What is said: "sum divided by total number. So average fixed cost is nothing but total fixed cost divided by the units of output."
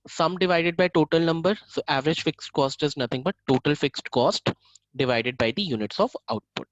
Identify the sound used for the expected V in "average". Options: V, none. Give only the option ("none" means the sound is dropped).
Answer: V